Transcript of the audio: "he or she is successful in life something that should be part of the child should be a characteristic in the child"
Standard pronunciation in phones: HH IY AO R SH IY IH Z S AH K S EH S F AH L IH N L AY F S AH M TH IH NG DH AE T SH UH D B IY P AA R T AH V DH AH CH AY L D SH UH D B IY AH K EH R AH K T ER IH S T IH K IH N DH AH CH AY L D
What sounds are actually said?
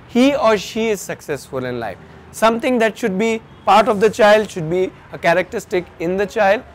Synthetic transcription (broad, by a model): HH IY AO R SH IY IH Z S AH K S EH S F AH L IH N L AY F S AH M T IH NG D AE T SH UH D B IY P AA R T AH V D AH CH AY L D SH UH D B IY AH K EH R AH K T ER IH S T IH K IH N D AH CH AY L D